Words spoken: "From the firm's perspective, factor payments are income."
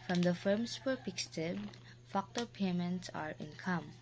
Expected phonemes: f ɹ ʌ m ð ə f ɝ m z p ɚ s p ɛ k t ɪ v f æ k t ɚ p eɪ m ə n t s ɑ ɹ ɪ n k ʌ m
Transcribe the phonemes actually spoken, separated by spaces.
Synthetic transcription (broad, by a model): f ɹ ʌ m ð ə f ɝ m s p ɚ p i k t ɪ b f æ k t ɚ p eɪ m ə n t s ɑ ɹ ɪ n k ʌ m